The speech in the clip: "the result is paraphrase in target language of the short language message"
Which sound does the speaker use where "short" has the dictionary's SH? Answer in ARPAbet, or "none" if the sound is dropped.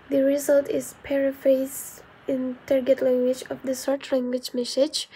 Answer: S